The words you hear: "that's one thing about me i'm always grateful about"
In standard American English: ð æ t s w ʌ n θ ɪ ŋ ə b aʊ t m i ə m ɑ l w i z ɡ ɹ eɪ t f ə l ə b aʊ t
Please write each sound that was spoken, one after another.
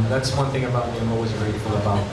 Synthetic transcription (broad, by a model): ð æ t s w ʌ n θ ɪ ŋ ə b aʊ t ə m ɑ l w i z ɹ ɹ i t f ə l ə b aʊ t